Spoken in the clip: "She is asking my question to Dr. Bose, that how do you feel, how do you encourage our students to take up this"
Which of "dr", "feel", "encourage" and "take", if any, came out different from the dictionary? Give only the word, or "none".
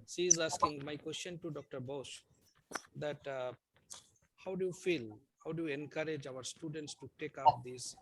none